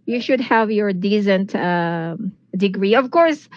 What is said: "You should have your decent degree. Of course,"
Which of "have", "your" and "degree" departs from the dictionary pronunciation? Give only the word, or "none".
none